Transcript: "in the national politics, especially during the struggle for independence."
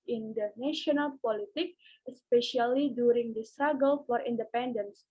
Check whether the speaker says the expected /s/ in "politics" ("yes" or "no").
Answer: no